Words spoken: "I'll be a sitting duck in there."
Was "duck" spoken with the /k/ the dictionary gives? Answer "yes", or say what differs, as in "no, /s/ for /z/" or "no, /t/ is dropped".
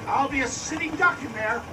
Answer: yes